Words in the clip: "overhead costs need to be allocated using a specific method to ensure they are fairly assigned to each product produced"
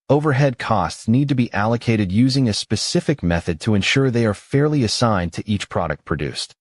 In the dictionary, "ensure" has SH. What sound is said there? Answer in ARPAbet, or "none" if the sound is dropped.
SH